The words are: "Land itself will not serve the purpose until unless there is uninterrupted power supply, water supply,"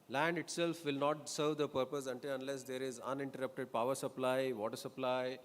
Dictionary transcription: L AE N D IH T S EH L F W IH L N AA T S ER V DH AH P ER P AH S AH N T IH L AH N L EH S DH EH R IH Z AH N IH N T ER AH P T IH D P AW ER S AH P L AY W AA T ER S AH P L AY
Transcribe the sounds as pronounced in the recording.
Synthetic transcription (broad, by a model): L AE N D IH T S EH L F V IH L N AA T S ER V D AH P ER P AH S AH N T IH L AH N L EH S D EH R IH Z AH N IH N T ER AH P T IH D P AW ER S AH P L AY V AA T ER S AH P L AY